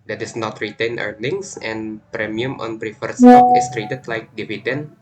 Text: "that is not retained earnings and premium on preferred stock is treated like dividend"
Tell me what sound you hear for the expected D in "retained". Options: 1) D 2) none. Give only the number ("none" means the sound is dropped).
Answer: 2